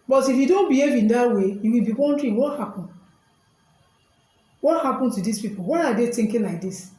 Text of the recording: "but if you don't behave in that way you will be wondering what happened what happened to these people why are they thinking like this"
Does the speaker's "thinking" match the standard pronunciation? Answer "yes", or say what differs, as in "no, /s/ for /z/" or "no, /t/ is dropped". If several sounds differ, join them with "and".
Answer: no, /t/ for /θ/